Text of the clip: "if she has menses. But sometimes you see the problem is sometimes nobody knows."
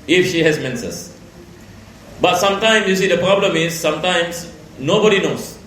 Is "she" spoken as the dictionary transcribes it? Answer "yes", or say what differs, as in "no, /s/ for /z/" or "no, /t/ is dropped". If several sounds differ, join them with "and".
yes